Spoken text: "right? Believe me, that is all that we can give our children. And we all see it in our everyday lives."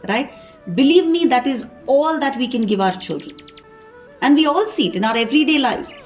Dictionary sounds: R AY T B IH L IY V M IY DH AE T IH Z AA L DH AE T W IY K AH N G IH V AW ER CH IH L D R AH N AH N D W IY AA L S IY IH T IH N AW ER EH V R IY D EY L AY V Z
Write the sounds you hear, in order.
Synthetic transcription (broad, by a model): R AY T B IH L IY V M IY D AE T IH Z AA L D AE T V IY K AH N G IH V AW ER CH IH L D R AH N AH N D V IY AA L S IY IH T IH N AW ER EH V R IY D EY L AY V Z